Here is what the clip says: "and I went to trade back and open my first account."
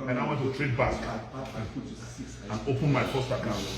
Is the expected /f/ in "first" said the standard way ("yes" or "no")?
no